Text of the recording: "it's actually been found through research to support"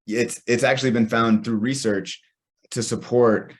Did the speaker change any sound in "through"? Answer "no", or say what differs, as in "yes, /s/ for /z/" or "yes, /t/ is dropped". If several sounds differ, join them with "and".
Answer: no